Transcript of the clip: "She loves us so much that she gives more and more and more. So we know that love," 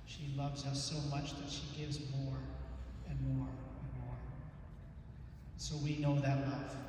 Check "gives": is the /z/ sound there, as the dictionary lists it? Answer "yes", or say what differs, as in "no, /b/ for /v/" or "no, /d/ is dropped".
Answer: yes